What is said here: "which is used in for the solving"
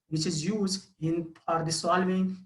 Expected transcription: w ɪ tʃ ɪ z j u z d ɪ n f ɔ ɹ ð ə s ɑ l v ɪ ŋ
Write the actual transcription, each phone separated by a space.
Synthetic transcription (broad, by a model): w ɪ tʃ ɪ z j u z d ɪ n p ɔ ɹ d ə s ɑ l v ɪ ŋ